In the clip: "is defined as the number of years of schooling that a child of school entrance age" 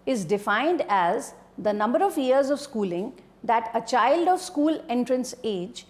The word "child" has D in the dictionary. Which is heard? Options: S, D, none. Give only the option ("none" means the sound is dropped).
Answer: D